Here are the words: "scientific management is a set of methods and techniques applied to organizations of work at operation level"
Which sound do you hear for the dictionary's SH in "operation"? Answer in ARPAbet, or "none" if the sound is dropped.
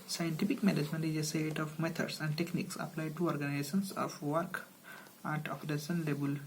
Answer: S